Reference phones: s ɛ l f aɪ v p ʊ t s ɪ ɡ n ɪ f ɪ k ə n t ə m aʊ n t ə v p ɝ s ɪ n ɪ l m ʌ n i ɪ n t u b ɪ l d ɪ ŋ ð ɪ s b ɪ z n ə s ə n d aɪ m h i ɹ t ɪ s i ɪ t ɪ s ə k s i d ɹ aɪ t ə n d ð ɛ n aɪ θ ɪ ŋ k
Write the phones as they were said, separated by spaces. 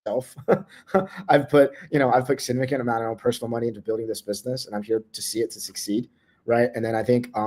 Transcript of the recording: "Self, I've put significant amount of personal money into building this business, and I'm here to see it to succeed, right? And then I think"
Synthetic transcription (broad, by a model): ɛ l f aɪ v p ʊ t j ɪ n ɪ p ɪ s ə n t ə m aʊ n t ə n p ɝ s n l m ʌ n i ɪ n t u b ɪ l d ɪ ŋ ð ɪ s b ɪ z n ə s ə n aɪ m h i ɹ t ɪ s i ɪ t ɪ s ə k s i d ɹ aɪ t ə n ð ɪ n aɪ θ ɪ ŋ k